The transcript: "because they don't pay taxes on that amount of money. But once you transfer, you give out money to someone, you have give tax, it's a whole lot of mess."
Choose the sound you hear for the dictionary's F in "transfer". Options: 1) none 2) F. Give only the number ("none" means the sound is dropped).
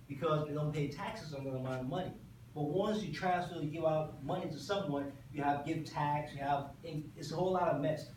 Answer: 1